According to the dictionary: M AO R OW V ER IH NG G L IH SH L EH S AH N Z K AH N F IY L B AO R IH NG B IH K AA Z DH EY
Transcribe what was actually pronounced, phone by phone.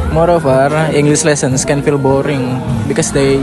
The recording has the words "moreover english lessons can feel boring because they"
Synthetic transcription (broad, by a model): M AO R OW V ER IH NG G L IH S L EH S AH N S K AH N F IY L B AO R IH NG B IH K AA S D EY